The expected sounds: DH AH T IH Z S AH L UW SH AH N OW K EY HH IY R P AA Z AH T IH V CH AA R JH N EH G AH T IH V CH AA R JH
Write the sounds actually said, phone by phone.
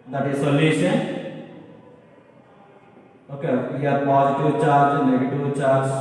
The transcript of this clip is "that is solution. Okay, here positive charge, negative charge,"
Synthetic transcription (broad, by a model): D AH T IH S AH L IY S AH OW K EY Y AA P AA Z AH T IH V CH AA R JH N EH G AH T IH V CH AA R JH